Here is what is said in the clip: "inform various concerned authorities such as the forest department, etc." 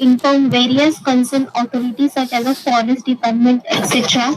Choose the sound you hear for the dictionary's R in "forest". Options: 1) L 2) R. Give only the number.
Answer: 1